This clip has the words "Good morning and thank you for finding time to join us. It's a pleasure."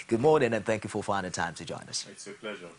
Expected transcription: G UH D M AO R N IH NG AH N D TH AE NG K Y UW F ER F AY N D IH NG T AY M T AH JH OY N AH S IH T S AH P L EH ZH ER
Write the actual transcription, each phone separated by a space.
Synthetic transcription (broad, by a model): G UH D M AO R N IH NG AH N TH AE NG K Y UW F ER F AY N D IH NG T AY M T AH JH OY N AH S S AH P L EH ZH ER